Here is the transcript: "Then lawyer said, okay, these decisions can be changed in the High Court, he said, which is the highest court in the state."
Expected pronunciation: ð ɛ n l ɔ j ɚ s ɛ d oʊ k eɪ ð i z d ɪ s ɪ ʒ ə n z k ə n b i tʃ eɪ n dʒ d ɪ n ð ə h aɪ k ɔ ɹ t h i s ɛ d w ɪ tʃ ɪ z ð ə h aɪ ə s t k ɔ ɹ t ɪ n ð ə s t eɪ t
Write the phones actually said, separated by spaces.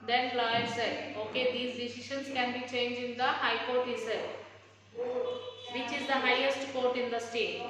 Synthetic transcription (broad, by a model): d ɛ n l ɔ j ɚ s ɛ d oʊ k eɪ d i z d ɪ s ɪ ʃ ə n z k ə n b i tʃ eɪ n dʒ ɪ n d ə h aɪ k ɔ ɹ t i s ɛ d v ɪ tʃ ɪ z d ə h aɪ ə s t k ɔ ɹ t ɪ n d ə s t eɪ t